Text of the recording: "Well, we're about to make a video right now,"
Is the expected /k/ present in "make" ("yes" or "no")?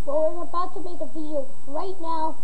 no